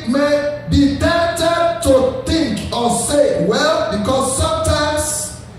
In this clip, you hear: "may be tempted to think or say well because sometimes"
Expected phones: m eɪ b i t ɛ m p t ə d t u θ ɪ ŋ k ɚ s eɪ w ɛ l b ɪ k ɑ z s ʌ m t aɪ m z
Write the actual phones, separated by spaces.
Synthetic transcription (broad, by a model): m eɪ b i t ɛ p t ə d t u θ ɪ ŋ k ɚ s eɪ w ɛ l b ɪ k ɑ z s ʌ m t aɪ m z